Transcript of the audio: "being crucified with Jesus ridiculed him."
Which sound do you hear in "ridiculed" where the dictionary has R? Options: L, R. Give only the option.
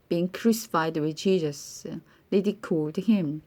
L